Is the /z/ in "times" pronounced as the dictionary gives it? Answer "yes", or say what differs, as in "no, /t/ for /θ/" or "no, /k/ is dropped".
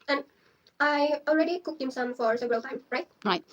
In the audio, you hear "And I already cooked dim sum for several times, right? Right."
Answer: no, /z/ is dropped